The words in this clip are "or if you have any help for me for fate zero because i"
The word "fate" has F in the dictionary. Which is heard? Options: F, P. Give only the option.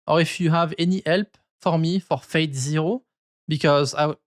F